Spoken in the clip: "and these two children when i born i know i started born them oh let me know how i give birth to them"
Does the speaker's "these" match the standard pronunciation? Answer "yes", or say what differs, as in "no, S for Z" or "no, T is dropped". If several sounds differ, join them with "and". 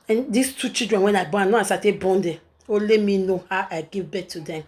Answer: no, S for Z